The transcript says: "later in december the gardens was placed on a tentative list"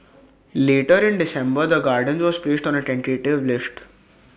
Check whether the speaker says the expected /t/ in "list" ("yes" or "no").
yes